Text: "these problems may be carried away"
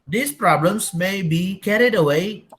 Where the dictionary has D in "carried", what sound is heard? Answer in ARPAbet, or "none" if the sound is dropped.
D